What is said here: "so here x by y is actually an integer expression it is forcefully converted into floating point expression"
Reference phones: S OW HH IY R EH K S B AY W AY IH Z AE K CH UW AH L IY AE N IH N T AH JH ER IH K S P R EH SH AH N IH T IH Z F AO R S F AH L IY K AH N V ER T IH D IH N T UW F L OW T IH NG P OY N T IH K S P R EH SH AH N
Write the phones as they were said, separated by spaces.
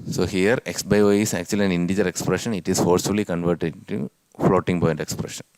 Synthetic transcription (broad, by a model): S OW HH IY R EH K S B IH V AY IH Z AE K CH UW AH L IY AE N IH N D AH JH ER IH K S P R EH SH AH N IH T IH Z F AO R S F AH L IY K AH N V ER T IH D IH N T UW F L OW T IH NG B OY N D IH K S P R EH SH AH N